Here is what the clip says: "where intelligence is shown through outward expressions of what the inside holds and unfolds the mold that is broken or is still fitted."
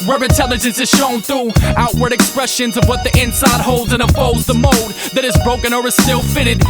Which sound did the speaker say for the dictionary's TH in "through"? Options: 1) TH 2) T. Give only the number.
1